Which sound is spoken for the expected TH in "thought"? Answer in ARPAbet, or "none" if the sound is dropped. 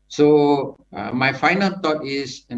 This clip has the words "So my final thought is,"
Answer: T